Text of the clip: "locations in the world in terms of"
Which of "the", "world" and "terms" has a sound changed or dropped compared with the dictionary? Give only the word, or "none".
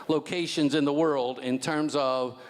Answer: none